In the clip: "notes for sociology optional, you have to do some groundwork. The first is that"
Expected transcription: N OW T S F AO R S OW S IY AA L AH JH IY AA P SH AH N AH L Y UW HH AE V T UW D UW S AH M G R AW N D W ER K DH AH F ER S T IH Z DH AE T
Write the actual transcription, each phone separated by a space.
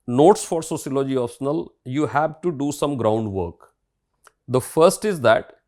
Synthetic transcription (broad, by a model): N OW T S F AO R S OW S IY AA L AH JH IY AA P S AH N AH L Y UW HH AE V T UW D UW S AH M G R AW N D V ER K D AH F ER S T IH Z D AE T